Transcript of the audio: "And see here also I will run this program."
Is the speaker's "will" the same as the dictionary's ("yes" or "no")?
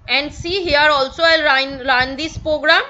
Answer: no